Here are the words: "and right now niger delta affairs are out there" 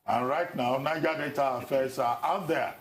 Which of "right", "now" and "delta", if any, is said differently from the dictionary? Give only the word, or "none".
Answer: delta